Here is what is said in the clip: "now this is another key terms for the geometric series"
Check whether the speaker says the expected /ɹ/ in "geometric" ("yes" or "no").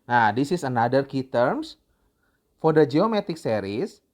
no